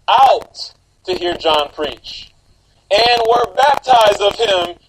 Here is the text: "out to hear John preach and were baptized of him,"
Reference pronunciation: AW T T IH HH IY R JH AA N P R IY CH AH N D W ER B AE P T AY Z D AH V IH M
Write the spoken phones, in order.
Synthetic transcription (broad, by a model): AW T T IH HH IY R JH AA N P R IY CH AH N W ER B AE P T AY Z D AH V IH M